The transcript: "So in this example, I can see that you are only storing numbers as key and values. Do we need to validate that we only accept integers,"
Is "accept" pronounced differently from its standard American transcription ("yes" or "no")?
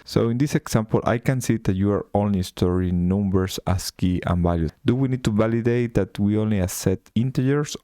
yes